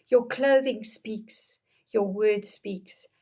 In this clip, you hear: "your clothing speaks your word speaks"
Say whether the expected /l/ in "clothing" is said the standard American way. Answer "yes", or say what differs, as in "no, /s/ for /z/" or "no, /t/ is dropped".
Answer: yes